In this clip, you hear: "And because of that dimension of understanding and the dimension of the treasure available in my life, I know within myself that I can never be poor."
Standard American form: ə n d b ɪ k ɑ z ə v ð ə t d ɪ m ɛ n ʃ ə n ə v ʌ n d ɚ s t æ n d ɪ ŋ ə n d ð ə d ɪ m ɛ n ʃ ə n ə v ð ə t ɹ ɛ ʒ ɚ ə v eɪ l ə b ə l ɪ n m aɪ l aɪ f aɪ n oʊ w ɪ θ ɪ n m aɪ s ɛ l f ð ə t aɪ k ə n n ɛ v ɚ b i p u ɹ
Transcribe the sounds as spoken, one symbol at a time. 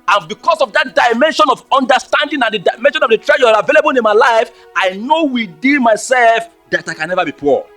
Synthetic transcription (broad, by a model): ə n b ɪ k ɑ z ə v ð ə t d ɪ m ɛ n ʃ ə n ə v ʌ n d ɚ s t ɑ n d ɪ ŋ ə n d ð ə d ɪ m ɛ n ʃ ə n ə v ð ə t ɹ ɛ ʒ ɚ ə v eɪ l ə b ə l ɪ n m aɪ l aɪ f aɪ n oʊ w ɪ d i l m aɪ s ɛ l f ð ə t aɪ k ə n n ɛ v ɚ b i p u